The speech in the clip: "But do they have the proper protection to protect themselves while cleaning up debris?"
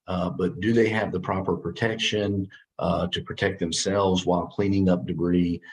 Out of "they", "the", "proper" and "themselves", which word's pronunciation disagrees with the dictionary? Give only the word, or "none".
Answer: none